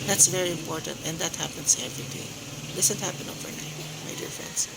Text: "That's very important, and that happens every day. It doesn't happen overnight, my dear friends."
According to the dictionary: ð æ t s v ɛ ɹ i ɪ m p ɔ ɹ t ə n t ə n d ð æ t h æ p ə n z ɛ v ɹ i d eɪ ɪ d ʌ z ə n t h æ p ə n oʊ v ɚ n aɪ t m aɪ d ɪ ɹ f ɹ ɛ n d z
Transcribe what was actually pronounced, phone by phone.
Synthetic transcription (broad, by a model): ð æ t s v ɛ ɹ i ɪ m p ɔ ɹ t ə n t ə n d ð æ t h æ p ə n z ɛ v ɹ i d eɪ ɪ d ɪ s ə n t h æ p ə n oʊ v ɚ n aɪ t m aɪ d ɪ ɹ f ɹ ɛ n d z